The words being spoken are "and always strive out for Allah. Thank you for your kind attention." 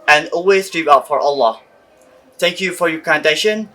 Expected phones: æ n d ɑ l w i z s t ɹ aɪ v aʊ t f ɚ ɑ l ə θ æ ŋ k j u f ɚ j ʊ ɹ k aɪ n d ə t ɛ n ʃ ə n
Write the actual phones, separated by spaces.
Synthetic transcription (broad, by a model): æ n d ɑ l w i z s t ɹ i p aʊ t f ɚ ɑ l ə θ æ ŋ k j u f ɚ j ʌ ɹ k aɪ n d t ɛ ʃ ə n